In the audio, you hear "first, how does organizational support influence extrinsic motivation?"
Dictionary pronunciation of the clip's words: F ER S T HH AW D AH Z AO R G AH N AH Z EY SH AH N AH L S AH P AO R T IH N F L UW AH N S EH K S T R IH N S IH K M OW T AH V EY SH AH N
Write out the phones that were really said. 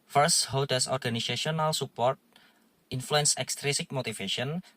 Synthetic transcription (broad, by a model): F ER S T HH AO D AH S AO R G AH N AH S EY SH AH N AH L S AH P AO R T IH N F L UW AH N S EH K S T R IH S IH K M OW T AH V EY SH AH N